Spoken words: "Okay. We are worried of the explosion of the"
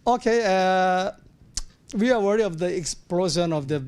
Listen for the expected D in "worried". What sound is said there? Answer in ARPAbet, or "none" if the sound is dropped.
none